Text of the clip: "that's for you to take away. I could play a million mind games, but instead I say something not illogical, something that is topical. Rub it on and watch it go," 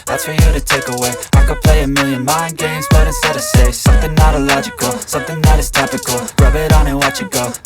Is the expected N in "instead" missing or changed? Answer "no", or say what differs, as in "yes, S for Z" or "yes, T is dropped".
yes, N is dropped